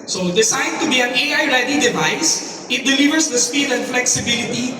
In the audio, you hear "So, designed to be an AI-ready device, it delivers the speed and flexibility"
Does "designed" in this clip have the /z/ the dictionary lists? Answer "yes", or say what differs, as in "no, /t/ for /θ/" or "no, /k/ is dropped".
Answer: no, /s/ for /z/